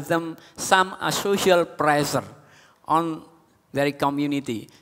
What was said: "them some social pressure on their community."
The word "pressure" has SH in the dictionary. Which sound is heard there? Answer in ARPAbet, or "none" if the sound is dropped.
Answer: S